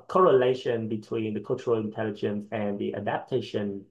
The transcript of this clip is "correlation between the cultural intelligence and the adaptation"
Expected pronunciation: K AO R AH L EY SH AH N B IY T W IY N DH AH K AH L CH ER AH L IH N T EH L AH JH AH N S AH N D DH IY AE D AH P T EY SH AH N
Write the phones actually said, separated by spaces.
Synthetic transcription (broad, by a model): K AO R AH L EY SH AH N B IY T W IY N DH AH K AH L CH ER AH L IH N T EH L AH JH AH N S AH N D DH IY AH D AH P T EY SH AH N